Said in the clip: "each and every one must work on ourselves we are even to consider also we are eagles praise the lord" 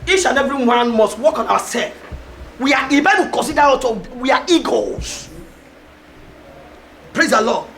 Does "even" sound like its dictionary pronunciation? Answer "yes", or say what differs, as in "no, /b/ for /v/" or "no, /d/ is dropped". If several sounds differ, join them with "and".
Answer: no, /b/ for /v/